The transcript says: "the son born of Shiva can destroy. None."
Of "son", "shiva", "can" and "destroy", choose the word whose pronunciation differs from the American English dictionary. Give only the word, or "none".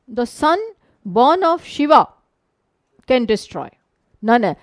none